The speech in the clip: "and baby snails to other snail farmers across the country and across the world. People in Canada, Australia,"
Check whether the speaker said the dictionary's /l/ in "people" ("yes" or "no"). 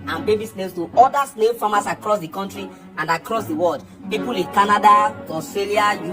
yes